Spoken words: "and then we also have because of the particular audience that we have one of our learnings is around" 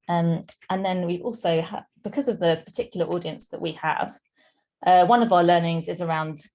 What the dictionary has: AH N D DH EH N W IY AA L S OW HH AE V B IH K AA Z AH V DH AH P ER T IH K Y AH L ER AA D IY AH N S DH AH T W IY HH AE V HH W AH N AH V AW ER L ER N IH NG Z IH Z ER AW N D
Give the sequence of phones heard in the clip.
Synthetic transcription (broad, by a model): AH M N DH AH N W IY AA L S OW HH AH B IH K AA Z AH V DH AH P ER T IH K Y AH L AA D IY AH N S DH AH T W IY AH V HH W AH N AH V AW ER L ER N IH NG Z IH Z ER AW N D